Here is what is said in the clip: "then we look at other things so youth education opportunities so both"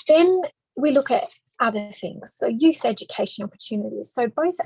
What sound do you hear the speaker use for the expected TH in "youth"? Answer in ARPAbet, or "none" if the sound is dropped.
TH